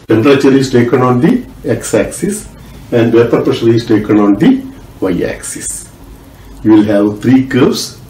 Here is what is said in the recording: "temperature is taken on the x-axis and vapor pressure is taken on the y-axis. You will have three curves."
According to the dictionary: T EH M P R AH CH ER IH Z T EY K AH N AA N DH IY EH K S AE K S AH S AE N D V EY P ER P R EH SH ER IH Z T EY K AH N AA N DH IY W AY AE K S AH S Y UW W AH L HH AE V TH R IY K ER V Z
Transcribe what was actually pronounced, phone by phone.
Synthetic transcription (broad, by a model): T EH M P R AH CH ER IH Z T EY K AH N AA N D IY EH K S AE K S AH S AE N D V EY P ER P AH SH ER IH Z T EY K AH N AA N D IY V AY AE K S AH S Y UW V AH L HH AE V T R IY K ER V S